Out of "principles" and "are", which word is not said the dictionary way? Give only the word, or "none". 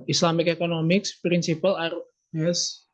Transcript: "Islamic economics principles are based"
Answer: principles